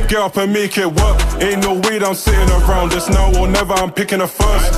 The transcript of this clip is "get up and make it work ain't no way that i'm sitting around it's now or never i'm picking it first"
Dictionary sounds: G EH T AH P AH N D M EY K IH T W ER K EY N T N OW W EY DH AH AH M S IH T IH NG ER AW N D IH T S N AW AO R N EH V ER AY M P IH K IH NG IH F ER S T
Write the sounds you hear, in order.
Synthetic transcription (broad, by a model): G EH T AH P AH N M EY K IH T W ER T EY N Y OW W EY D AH AH M S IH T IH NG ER AW N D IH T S N AW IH L N EH V ER AY M P IH K IH NG IH F ER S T